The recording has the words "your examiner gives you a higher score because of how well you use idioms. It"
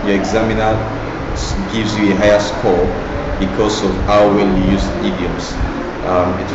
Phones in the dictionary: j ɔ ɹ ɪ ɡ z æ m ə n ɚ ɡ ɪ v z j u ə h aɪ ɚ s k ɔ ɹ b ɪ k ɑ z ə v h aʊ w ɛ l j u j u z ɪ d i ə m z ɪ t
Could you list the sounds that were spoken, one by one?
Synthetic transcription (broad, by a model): j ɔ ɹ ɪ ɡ z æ m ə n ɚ ɡ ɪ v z j u ə h aɪ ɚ s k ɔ l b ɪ k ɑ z ə v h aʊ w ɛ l j u j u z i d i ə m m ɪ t